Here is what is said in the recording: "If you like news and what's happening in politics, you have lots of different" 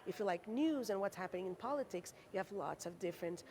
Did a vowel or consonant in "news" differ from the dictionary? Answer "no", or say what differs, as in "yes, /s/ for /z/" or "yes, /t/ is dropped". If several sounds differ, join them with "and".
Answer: no